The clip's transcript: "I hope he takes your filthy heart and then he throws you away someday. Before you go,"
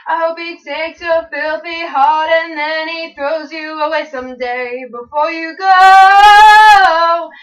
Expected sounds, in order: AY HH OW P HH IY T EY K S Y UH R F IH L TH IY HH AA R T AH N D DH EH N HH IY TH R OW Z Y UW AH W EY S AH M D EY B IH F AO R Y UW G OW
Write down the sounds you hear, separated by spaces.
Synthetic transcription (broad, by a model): AY HH OW P HH IY T EY K S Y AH F IH L TH IY HH AA R T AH N DH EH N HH IY TH R OW Z Y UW AH W EY S AH M D EY B IH F AO R Y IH G OW